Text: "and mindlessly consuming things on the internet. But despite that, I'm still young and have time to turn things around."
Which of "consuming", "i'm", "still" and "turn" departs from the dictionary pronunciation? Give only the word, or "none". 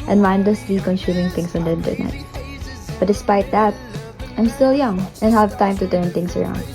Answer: consuming